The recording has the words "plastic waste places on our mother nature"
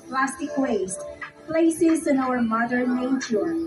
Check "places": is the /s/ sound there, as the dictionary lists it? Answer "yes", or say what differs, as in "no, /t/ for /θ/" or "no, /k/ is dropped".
yes